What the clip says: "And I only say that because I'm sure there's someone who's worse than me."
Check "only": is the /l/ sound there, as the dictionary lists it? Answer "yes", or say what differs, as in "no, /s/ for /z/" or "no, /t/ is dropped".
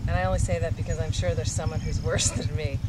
no, /w/ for /l/